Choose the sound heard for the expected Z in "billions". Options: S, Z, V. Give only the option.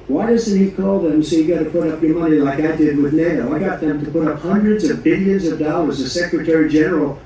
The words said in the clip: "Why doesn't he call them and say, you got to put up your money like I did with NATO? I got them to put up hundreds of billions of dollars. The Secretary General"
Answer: Z